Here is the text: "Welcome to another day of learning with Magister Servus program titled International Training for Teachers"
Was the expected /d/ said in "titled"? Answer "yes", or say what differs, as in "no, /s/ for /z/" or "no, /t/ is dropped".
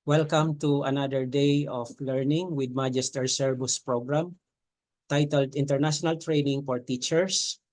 yes